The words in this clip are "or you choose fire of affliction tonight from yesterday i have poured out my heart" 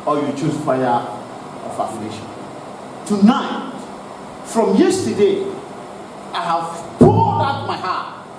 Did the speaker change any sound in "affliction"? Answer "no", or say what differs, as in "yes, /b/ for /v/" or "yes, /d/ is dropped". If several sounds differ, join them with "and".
yes, /k/ is dropped